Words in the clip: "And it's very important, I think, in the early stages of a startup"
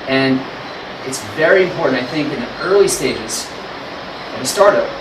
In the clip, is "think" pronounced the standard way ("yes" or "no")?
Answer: yes